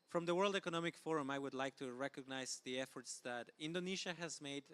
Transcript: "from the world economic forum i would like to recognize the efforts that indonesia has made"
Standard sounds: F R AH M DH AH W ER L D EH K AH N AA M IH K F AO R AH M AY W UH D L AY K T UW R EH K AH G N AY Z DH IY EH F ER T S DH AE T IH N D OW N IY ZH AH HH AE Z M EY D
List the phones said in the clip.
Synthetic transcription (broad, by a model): F R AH M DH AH W ER L D EH K AH N AA M IH K F AO R AH M AY W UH D L AY K T UW R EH K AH G N AY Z DH IY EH F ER T S DH AE T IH N D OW N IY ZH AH HH AE Z M EY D